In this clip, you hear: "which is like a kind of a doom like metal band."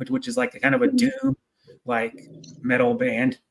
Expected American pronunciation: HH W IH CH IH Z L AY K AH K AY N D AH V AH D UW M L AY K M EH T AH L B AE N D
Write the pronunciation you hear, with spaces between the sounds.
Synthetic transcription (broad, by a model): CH W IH CH IH Z L AY K K AY N D AH V AH D UW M L AY K M EH T L B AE N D